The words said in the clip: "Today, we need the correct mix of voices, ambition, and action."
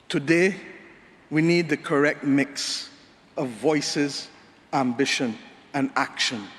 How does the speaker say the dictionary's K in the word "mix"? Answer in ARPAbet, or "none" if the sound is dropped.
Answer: K